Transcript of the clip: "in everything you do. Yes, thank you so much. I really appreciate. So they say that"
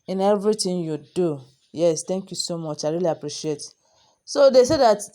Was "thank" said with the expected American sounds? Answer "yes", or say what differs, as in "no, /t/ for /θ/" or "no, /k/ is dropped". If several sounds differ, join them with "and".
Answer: no, /t/ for /θ/